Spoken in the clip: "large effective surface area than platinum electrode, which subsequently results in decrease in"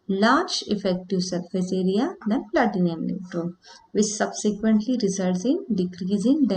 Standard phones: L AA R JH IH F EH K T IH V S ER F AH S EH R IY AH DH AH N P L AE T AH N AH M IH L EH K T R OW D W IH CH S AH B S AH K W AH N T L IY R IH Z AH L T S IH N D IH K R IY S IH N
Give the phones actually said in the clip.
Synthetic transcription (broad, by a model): L AA R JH IH F EH K T IH V S ER F AH S EH R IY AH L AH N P L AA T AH N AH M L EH T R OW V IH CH S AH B S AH K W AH N T L IY R IH Z AH L T S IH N D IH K R IY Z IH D